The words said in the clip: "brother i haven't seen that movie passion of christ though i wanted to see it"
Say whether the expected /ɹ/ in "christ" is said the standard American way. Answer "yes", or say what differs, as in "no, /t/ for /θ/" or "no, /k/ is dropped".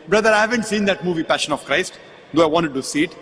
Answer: yes